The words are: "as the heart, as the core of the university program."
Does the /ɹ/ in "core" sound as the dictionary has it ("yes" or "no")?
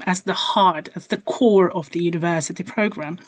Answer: yes